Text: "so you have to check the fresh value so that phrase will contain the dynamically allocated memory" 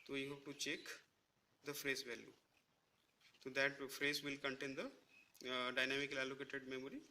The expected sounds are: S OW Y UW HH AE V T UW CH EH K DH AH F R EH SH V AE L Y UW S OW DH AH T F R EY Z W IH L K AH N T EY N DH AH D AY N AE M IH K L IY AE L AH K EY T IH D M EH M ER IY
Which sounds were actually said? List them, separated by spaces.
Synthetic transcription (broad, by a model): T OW Y UW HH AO P T UW CH EH K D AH F R EH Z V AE L Y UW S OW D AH T F R EY Z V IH L K AH N T EY N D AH D AY N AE M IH K L IY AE L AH K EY T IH D M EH M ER IY